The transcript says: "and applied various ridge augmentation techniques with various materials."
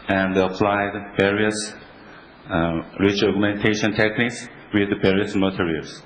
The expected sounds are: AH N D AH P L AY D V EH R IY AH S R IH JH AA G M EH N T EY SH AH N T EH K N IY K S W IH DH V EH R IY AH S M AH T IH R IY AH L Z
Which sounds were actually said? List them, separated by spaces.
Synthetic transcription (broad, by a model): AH N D AH P L AY D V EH R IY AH S R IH CH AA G M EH N T EY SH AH N T EH K N IY K S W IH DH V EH R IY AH S M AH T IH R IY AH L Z